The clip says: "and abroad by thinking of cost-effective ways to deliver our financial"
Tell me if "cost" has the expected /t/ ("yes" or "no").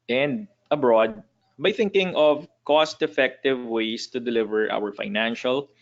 yes